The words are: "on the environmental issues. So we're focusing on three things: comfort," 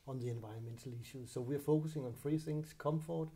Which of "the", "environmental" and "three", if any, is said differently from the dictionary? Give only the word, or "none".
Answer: three